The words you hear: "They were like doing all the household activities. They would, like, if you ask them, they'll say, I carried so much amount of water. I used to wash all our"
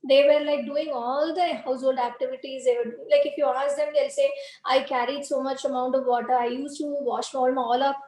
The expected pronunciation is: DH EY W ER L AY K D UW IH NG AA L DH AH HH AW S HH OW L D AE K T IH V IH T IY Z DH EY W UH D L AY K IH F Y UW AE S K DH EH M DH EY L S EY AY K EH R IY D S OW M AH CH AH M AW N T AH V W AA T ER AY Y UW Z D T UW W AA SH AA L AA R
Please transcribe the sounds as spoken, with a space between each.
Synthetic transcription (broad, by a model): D EY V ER L AY K D UW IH NG AA L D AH HH AW S HH OW L D AE K T IH V IH T IY Z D EY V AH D L AY K IH F Y UW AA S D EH M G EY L S EY AY K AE R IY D S OW M AH CH AH M AW N T AH V AA T ER AY Y UW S T UW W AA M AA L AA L